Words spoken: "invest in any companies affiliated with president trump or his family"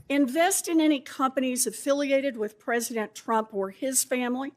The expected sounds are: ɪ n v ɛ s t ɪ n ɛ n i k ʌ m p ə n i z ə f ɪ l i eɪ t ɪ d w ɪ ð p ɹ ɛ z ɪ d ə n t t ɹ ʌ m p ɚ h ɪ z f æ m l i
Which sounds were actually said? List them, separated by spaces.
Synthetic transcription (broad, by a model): ɪ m v ɛ s t ɪ n ɛ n i k ʌ m p ə n i z ə f ɪ l i eɪ t ɪ d w ɪ ð p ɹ ɛ z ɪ d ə n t t ɹ ʌ m p ɚ ɪ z f æ m l i